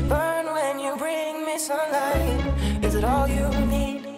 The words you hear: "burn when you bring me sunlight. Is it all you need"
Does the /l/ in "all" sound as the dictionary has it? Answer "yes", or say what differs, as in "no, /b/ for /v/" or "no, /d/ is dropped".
yes